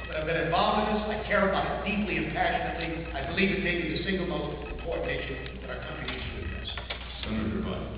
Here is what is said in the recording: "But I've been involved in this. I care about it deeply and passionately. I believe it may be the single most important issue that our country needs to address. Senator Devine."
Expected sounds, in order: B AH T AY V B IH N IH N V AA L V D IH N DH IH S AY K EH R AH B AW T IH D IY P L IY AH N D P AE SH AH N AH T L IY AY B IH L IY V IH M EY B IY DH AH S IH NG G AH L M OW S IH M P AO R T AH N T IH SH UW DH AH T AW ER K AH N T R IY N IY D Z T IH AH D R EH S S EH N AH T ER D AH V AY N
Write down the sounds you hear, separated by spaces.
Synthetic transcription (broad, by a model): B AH T AY V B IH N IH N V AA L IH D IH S AY K EH R AH B AW T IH D IY P L IY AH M P AE SH AH N AH T L IY AY B IH L IY V IH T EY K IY DH AH S IH NG G L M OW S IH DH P AO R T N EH IH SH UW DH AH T AW ER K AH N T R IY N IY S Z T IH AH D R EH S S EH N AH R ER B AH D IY